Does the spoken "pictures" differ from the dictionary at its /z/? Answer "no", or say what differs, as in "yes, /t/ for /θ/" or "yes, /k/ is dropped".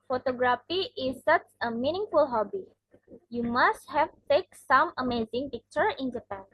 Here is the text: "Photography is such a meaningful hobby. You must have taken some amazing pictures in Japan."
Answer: yes, /z/ is dropped